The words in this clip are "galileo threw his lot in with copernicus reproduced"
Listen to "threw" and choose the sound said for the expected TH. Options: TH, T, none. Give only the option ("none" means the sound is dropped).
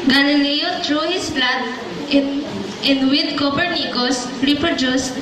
T